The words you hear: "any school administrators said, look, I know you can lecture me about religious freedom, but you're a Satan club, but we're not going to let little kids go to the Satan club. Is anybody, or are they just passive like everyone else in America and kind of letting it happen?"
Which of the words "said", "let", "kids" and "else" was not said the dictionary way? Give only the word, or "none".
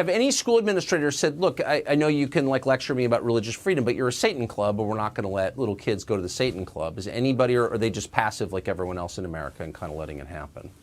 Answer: none